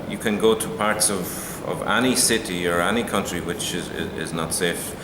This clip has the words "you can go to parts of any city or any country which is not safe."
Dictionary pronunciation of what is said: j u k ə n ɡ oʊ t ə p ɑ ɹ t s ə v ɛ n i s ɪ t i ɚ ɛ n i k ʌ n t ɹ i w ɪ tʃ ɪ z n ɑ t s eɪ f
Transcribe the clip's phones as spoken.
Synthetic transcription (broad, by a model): j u k ə n ɡ oʊ t ə p ɑ ɹ t s ə v ɛ n i s ɪ t i ɚ ɛ n i k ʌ n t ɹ i w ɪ tʃ ɪ z n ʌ t s eɪ f